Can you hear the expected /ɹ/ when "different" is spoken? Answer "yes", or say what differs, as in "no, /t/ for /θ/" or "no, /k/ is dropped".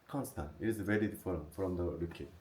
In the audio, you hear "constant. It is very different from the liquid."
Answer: no, /ɹ/ is dropped